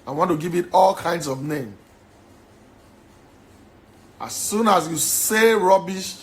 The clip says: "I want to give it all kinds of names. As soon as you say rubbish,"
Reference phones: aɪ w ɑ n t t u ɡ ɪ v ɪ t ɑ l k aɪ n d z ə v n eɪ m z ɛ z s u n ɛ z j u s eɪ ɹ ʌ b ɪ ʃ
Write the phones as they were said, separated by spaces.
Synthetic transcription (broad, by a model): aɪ w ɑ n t t u ɡ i v ɪ t ɑ l k aɪ n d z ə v n eɪ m ɑ s u n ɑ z j u s eɪ ɹ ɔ b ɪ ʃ